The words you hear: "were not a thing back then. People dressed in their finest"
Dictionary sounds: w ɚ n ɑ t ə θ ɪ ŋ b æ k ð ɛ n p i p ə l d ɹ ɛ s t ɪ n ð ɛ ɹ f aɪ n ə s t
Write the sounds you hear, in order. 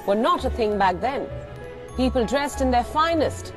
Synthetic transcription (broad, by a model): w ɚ n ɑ t ə θ ɪ ŋ b æ k ð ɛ n p i p ə l d ɹ ɛ s t ɪ n ð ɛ ɹ f aɪ n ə s t